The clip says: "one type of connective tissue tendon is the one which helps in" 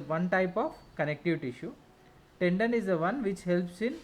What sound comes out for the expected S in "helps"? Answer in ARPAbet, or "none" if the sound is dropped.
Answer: S